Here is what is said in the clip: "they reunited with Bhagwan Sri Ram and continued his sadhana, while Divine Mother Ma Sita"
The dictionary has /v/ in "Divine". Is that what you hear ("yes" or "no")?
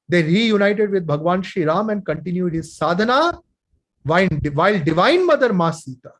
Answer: yes